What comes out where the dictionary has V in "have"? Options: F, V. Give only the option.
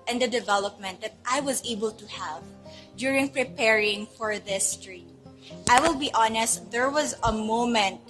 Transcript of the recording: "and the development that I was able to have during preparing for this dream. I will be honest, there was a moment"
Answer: V